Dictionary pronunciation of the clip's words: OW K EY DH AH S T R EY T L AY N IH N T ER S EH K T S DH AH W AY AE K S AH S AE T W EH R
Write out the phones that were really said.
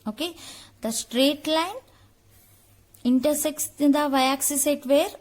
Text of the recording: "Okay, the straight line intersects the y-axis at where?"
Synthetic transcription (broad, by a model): OW K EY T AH S T R EY T L AY N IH N T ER S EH K T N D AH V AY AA K S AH S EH T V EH R